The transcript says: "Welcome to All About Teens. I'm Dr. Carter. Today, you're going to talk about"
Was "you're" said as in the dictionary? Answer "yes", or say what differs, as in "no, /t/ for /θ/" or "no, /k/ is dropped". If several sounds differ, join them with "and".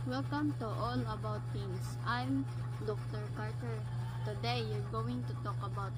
yes